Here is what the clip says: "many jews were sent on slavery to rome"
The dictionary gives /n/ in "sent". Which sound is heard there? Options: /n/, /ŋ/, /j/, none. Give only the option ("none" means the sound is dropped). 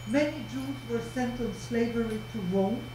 /n/